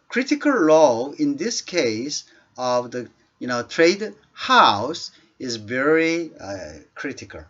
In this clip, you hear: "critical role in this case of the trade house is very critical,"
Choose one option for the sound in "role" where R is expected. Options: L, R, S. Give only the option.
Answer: L